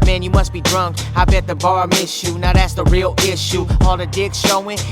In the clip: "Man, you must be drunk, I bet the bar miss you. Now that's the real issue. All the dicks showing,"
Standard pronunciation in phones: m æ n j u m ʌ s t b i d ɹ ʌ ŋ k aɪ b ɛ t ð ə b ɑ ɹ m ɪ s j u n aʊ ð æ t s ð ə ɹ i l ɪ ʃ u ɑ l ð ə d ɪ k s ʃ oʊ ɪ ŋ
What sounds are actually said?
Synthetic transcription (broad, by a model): m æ n j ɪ m ʌ s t b i d ɹ ʌ ŋ k aɪ b ɛ t ð ə b ɑ ɹ m ɪ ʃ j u n aʊ ð æ t s ð ə ɹ i l ɪ ʃ u ɑ l ð ə d ɪ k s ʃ oʊ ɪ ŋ